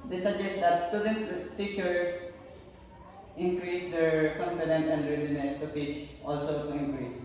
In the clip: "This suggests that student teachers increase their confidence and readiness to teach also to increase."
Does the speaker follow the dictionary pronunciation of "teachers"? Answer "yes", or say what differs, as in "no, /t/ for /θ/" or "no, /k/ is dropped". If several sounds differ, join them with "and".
no, /s/ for /z/